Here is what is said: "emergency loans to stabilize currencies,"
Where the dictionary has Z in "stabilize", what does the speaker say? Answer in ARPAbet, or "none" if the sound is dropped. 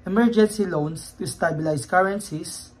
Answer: S